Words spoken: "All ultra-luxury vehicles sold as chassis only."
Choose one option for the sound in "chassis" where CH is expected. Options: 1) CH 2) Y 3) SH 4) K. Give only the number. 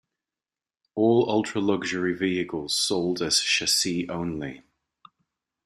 3